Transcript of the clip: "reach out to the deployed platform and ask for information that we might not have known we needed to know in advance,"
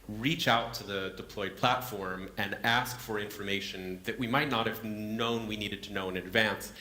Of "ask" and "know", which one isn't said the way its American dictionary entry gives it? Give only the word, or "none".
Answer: none